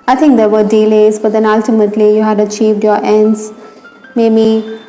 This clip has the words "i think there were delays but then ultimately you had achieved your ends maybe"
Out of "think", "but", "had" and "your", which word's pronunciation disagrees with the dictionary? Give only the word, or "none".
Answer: think